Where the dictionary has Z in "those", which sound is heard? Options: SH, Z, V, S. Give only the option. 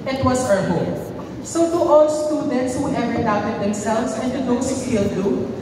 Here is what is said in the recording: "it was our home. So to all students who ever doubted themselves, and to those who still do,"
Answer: S